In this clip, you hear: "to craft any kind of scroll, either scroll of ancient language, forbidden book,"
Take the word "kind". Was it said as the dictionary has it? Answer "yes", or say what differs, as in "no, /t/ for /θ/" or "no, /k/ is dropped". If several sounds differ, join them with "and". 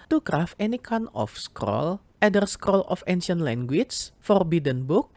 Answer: no, /d/ is dropped